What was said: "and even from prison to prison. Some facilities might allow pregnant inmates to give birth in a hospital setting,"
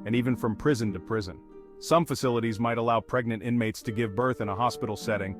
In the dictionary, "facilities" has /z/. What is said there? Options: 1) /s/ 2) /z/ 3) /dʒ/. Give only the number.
2